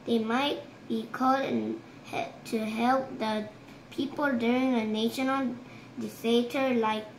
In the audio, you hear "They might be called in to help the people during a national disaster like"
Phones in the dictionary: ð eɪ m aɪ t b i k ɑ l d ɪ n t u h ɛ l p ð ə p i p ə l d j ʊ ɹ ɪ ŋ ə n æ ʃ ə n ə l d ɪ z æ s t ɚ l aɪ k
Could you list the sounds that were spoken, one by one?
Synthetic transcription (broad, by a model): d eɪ m aɪ t b i k ɑ l d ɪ n t u h ɛ l p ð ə p i p ə l d j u ɹ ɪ ŋ ə n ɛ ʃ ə n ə l d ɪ s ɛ t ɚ l aɪ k